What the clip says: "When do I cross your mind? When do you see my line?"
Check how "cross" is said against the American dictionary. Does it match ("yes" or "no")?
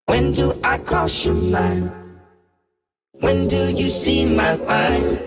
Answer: no